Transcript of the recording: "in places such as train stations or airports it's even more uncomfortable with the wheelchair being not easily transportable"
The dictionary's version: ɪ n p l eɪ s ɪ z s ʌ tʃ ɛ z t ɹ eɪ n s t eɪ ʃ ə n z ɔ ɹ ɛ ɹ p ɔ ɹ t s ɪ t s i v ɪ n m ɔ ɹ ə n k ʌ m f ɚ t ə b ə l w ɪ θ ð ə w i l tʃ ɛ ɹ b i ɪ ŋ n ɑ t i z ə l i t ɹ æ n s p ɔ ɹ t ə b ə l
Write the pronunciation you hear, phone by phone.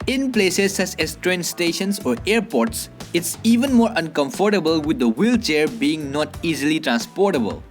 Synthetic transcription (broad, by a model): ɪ n p l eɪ s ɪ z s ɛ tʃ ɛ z t ɹ eɪ n s t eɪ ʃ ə n s ɔ ɹ ɛ ɹ p ɔ ɹ t s ɪ t s i v ɪ n m ɔ ɹ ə n k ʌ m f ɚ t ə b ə l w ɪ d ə w i l tʃ ɛ ɹ b i ɪ ŋ n ɑ t i z ə l i t ɹ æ n s p ɔ ɹ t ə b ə l